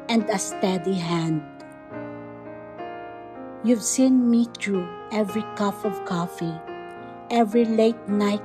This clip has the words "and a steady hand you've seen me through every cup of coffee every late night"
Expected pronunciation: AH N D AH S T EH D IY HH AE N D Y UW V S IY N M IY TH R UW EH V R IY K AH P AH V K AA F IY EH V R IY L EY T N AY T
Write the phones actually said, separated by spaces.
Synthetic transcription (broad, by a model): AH N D AH S T EH D IY HH AE N D Y UW V S IY N M IY T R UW EH V R IY K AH F AH V K AA F IY EH V R IY L EY T N AY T